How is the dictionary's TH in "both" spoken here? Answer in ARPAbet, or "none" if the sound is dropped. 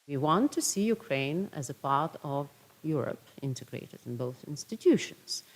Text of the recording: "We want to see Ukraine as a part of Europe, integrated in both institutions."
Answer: TH